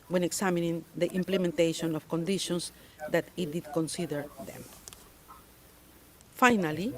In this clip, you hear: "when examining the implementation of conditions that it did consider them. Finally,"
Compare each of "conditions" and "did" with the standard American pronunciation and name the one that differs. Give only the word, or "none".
conditions